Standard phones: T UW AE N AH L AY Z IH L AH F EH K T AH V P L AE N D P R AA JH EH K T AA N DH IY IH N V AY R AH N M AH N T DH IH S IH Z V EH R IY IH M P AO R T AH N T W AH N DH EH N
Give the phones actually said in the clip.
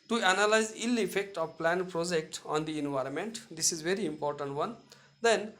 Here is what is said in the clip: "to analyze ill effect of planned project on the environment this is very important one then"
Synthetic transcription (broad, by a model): T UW AE N AH L AY Z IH L AH F EH K T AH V P L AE N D P R AA JH EH K T AA N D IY IH N V AY R AH N M AH N T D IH S IH Z V EH R IY IH M P AO R T AH N T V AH N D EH N